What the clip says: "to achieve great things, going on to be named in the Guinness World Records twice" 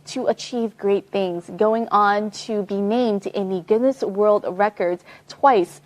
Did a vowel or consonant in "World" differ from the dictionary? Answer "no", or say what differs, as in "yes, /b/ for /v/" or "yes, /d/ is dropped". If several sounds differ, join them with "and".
no